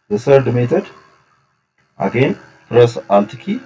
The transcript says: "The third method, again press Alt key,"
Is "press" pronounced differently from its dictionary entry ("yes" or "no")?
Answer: no